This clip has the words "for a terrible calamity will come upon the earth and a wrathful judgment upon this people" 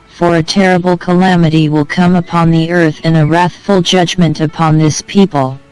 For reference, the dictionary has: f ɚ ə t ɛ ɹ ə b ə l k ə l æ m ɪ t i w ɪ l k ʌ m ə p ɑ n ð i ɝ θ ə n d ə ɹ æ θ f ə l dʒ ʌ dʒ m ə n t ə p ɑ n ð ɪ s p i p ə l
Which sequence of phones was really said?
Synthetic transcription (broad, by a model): f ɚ ə t ɛ ɹ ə b l k ə l æ m ɪ t i w ɪ l k ʌ m ə p ɑ n ð i ɝ θ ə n ə ɹ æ θ f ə l dʒ ʌ dʒ m ə n t ə p ɑ n ð ɪ s p i p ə l